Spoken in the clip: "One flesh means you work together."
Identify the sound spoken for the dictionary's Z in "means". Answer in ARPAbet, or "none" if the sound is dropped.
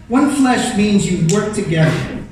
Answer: Z